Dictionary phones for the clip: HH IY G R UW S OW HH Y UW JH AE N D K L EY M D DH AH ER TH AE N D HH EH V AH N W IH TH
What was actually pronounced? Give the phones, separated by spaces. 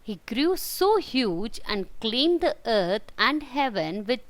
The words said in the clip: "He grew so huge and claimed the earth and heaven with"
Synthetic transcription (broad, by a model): HH IY G R UW S OW HH Y UW JH AE N D K L EY M D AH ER T AE N D HH EH V AH N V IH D